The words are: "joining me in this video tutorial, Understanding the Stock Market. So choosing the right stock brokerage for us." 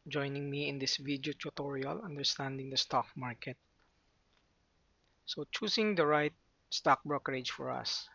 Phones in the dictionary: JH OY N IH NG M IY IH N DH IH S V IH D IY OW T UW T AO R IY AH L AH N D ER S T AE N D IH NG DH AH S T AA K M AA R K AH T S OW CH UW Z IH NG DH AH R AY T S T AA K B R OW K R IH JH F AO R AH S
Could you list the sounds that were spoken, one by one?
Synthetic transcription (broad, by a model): JH OY N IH NG M IY IH N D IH S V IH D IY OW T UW T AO R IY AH L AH N D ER S T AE N D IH NG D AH S T AA K M AA R K AH T S OW CH UW S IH NG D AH R AY T S T AA K B R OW K R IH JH F AO R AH S